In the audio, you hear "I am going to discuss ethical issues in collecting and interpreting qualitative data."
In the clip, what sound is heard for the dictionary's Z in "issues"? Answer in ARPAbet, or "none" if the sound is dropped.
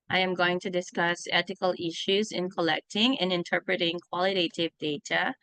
Z